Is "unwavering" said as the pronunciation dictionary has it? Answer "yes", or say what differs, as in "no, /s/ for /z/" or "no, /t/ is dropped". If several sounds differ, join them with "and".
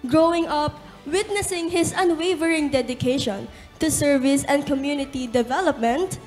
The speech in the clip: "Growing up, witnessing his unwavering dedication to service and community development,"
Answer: yes